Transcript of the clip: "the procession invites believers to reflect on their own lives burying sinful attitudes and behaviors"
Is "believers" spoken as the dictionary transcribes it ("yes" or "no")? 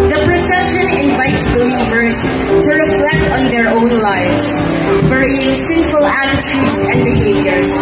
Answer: yes